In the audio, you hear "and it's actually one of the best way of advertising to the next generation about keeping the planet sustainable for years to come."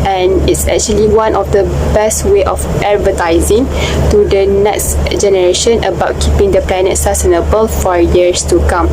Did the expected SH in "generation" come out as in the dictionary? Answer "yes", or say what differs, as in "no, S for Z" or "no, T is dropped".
yes